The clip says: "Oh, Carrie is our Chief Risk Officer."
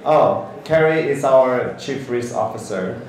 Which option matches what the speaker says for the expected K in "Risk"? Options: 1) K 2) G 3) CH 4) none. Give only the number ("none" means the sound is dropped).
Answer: 4